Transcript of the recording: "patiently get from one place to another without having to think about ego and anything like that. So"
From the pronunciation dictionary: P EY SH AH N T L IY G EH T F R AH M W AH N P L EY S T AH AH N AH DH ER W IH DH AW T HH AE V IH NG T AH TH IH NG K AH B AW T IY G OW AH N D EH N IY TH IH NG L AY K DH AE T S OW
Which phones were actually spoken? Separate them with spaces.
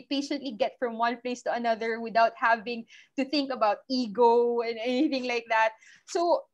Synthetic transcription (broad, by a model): P EY SH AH N T L IY G EH T F R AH M W AH N P L EY S T AH AH N AH DH ER W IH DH AW T HH AE V IH NG T AH TH IH NG K AH B AW T IY G OW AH N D EH N IY TH IH NG L AY K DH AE T S OW